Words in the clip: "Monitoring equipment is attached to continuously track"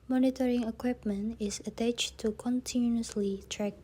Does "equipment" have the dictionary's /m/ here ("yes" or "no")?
yes